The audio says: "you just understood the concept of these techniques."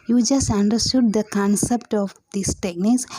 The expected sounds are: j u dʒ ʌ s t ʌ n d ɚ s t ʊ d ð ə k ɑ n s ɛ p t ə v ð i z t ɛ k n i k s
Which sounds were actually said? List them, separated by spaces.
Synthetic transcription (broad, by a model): j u dʒ ʌ s t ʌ n d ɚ s t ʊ d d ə k ɑ n s ɛ p t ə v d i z t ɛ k n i k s